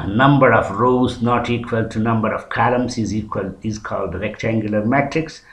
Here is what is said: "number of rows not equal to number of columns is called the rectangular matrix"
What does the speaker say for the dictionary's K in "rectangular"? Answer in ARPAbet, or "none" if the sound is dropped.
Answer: K